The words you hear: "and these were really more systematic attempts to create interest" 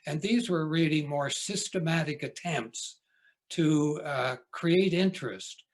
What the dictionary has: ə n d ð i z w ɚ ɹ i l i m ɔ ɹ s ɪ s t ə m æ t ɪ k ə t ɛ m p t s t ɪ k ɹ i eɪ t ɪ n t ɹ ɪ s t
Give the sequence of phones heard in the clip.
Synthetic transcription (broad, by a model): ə n ð i z w ɚ ɹ i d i m ɔ ɹ s ɪ s t ə m æ t ɪ k ə t ɛ m p t s t ɪ k ɹ i eɪ t ɪ n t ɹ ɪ s t